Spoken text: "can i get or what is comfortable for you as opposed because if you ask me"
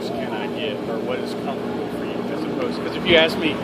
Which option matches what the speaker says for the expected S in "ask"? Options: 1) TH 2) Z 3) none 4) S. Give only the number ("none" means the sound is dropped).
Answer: 4